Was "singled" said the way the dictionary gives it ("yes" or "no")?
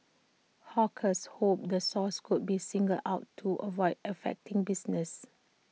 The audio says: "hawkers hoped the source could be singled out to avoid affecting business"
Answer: no